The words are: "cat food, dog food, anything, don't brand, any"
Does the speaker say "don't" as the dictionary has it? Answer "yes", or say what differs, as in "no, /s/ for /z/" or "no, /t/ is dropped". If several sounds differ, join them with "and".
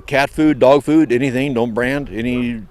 yes